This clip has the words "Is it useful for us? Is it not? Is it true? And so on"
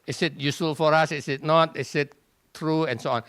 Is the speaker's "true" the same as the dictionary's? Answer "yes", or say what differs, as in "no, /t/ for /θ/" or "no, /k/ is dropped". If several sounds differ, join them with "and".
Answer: yes